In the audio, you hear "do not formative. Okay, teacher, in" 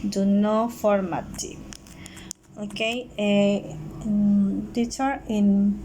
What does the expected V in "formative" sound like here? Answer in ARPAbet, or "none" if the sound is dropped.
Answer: none